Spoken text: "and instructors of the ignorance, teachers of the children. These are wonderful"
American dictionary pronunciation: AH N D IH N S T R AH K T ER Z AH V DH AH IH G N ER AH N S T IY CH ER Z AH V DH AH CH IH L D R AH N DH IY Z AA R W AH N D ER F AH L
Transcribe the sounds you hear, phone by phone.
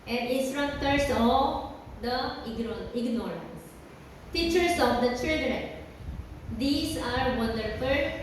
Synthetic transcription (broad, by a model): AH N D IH S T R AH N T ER S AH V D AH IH G N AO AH N S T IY CH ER S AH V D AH CH IH L D R AH N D IY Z AA R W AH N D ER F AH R